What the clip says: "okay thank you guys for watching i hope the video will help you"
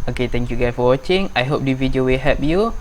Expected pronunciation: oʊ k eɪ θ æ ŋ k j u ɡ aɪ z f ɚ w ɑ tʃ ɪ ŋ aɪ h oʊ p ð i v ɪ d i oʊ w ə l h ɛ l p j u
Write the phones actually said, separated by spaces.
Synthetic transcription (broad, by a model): oʊ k eɪ t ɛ ŋ k j u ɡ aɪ f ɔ w ɑ tʃ ɪ ŋ aɪ h oʊ p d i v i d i oʊ w ə l h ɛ p j u